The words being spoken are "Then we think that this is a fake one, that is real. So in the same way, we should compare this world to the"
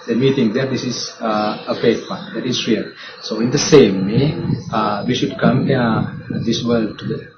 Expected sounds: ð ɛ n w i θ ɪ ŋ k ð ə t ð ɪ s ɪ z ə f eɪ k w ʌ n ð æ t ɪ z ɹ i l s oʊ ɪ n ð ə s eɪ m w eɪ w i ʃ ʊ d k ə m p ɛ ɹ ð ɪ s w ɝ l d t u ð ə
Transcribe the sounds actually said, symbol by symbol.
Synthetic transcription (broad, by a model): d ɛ n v i t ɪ ŋ k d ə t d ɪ s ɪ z ə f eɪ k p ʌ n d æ t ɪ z ɹ i l s oʊ ɪ n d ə s eɪ m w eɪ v i ʃ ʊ d k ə m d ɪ s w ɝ l d t u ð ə